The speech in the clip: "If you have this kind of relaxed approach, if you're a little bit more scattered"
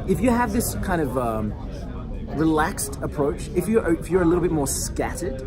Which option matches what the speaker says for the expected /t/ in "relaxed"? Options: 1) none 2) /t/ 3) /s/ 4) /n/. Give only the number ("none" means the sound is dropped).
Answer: 2